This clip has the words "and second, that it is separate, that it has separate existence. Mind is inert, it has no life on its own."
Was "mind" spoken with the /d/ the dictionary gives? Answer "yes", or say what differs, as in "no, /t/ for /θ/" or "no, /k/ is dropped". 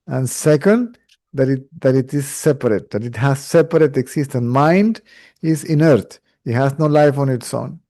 yes